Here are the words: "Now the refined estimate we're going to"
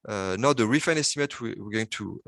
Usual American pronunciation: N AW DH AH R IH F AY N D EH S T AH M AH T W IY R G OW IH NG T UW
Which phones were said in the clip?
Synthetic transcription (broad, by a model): N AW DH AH R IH F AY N EH S T AH M AH T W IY W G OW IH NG T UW